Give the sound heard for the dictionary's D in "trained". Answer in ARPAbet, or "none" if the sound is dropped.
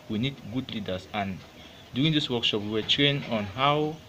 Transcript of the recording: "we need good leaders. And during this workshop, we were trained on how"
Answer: none